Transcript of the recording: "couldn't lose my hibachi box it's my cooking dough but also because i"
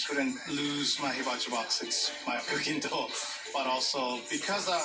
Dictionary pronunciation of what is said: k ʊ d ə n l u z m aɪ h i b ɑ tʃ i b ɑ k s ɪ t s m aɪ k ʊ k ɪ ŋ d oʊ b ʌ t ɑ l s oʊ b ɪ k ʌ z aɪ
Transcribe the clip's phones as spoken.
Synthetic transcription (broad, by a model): k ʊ d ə n l u z m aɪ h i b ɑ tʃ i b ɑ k s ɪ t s m aɪ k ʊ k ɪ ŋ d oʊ b ʌ t ɑ l s oʊ b ɪ k ʌ z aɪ